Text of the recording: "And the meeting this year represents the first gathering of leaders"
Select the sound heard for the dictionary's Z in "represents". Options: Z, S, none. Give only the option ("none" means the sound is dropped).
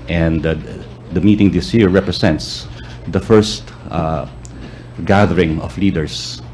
S